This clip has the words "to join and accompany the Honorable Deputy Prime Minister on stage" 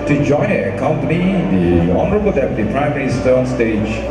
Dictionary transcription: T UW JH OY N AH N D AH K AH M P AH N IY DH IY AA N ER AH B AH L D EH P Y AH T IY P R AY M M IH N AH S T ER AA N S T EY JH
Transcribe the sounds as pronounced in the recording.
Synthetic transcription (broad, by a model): T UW JH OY AH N AH K AH M P AH N IY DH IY AA N ER AH B AH L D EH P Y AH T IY P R AY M M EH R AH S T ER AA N S T EY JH